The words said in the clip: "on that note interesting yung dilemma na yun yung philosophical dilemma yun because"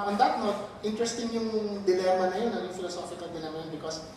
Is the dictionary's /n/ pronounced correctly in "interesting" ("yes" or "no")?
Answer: yes